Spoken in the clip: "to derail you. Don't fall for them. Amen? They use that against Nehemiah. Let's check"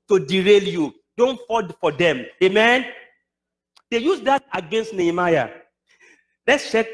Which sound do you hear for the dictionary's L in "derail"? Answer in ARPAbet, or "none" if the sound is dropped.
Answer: L